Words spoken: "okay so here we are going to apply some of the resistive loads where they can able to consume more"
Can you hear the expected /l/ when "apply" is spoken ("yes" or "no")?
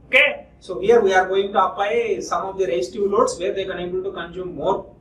no